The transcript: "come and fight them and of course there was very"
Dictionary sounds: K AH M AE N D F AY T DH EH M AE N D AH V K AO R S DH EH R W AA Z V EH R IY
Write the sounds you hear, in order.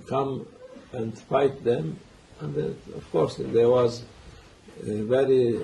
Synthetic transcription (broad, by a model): K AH M AE N D F AY T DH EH M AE N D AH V K AO R S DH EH W AA Z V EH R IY